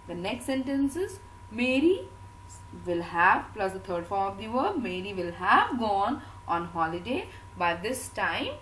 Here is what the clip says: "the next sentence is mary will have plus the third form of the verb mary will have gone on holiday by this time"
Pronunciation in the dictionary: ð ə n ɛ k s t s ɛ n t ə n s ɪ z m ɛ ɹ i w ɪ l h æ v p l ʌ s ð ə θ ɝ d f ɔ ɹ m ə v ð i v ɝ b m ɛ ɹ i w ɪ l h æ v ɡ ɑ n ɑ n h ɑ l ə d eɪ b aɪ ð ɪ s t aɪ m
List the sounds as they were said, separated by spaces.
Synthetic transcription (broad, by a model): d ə n ɛ k s t s ɛ n t ə n s ɪ z m ɛ ɹ i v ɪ l h æ v p l ʌ s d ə t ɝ d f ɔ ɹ ə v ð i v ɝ m ɛ ɹ i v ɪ l h æ v ɡ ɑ n ɑ n h ɑ l ə d eɪ b aɪ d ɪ s t aɪ m